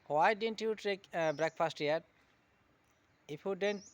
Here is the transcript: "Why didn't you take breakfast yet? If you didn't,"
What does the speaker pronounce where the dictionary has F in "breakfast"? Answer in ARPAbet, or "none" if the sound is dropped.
P